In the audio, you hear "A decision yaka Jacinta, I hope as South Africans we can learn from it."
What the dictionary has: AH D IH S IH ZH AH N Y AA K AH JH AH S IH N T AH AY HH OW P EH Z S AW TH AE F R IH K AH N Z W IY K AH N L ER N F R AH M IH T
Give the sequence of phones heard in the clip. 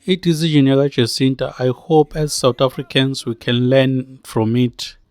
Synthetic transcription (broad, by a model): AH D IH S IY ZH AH N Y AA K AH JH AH S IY N T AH AY HH OW P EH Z S AW T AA F R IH K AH N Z W IY K AH N L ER N F R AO M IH T